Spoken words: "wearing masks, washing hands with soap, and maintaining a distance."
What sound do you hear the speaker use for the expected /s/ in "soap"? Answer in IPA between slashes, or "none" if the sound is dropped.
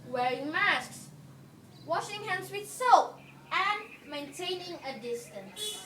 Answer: /s/